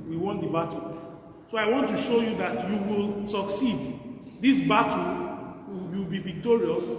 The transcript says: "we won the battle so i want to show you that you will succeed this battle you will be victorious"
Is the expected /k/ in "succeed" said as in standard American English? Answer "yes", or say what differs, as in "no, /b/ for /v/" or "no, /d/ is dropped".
yes